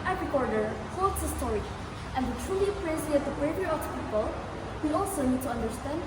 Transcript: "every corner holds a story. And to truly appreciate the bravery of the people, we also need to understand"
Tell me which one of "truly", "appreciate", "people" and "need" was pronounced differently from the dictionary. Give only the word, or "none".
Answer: appreciate